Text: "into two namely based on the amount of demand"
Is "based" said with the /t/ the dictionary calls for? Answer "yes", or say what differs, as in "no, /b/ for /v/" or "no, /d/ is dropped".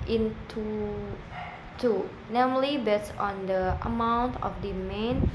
no, /t/ is dropped